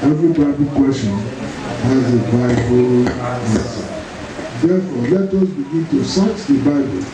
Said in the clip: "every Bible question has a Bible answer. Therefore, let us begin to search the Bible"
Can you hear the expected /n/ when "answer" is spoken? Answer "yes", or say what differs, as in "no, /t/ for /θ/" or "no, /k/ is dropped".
no, /n/ is dropped